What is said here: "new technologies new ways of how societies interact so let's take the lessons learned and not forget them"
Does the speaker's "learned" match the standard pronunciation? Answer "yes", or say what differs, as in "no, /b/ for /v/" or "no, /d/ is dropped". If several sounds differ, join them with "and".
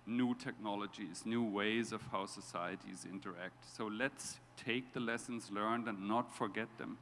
yes